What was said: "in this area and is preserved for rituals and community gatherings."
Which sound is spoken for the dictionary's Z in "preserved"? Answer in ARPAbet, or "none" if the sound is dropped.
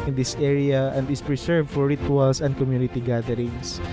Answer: S